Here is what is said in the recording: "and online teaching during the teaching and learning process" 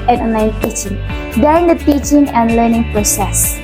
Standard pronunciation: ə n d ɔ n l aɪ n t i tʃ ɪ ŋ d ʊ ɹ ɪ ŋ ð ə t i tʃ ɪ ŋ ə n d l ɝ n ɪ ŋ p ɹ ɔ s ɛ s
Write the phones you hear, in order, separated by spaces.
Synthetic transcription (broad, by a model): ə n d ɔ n aɪ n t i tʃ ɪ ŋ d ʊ ɹ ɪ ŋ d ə t i tʃ ɪ ŋ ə n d l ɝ n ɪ ŋ p ɹ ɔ s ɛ s